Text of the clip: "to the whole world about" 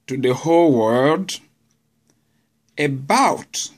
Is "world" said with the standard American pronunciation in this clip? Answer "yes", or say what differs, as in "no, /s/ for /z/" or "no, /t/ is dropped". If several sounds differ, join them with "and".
yes